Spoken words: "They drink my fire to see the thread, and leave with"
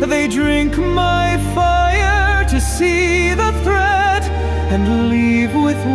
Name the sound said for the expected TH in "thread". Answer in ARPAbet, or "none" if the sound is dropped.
TH